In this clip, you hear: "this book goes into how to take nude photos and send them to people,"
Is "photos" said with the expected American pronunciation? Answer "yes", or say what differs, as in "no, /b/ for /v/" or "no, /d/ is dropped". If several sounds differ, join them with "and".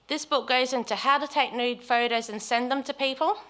yes